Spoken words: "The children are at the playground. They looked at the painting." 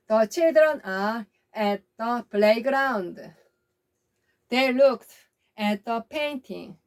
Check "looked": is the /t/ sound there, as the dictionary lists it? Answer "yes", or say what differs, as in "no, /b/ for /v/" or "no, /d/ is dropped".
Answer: yes